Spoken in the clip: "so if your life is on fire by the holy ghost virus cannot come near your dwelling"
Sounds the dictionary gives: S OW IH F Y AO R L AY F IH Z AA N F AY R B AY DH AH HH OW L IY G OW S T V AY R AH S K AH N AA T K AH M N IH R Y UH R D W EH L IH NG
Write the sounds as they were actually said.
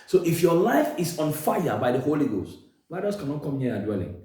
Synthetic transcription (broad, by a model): S OW IH F Y AO L AY F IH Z AA N F AY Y B AY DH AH HH OW L IY G OW S T W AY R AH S K AH N AA T K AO M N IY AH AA D W EH L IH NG